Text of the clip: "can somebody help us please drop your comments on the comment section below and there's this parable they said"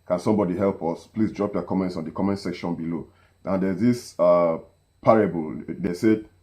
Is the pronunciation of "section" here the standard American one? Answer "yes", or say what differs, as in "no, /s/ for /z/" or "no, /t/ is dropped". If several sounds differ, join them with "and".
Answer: yes